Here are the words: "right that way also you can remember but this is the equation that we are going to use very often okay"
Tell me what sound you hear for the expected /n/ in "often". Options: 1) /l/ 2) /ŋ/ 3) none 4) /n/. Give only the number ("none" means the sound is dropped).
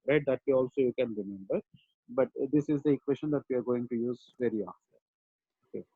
3